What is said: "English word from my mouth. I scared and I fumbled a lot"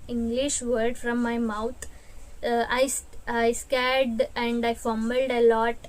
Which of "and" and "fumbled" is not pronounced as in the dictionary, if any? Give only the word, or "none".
fumbled